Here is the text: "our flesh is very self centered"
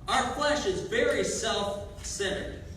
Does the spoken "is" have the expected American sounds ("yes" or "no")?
yes